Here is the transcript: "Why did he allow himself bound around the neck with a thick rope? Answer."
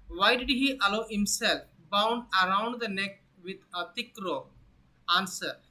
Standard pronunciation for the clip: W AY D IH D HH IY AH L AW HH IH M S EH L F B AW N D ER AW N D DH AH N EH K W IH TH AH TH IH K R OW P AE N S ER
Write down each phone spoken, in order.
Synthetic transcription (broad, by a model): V AY D IH D HH IY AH L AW HH IH M S EH L F B AW N D ER AW N D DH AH N EH K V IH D AH T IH K R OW AA N S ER